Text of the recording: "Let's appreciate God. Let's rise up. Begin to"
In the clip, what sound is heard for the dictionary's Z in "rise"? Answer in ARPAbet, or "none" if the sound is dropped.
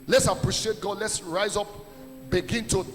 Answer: Z